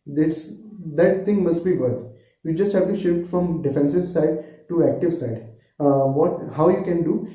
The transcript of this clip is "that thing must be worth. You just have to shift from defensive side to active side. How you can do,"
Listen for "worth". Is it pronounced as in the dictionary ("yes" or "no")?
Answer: no